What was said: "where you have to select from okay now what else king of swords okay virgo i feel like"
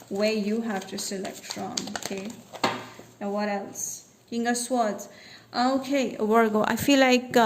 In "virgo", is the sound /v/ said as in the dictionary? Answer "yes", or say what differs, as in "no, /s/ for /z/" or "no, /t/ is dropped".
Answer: no, /w/ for /v/